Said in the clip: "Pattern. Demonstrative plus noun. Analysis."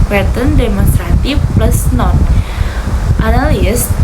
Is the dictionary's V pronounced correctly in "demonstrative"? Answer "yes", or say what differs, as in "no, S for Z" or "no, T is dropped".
no, F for V